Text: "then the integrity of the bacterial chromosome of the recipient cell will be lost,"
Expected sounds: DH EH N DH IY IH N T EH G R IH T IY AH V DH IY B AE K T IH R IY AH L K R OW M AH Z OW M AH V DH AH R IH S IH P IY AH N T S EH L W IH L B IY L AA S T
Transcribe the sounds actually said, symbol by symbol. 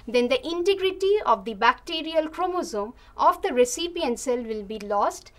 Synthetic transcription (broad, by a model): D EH N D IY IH N T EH G R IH T IY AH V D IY B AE K T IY R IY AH L K R OW M AH Z OW M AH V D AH R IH S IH P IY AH N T S EH L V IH L B IY L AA S T